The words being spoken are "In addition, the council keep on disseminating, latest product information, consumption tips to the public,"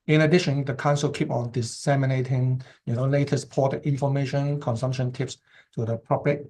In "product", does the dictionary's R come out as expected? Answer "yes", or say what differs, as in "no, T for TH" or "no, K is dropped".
no, R is dropped